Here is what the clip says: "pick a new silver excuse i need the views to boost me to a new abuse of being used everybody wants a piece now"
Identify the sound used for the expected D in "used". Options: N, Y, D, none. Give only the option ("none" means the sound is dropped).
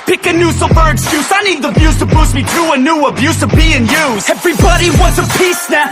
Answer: none